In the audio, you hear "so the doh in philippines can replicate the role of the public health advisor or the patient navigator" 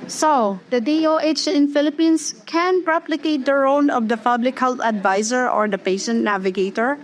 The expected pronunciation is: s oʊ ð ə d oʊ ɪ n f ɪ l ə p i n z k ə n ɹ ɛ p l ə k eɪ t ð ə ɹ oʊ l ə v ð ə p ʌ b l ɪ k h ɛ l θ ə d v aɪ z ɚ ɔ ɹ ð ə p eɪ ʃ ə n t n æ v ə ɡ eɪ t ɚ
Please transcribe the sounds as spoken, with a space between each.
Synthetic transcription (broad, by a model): s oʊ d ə d oʊ ɪ n f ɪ l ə p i n s k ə n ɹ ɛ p l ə k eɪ t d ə ɹ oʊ n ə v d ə p ʌ b l ɪ k h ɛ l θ ə d v aɪ z ɚ ɔ ɹ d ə p eɪ ʃ ə n t n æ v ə ɡ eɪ t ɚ